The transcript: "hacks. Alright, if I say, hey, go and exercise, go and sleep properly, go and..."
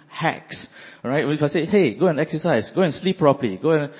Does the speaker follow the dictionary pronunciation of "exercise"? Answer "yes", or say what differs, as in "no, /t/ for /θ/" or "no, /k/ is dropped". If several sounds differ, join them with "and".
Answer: no, /s/ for /z/